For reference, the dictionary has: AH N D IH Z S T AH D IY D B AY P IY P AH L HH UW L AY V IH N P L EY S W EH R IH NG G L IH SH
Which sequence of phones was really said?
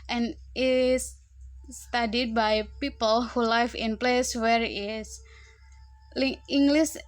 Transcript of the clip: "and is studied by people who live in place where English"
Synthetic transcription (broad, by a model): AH N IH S T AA D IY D B AY P IY P AH L HH UW L AY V IH N P L EY S W EH R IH NG G L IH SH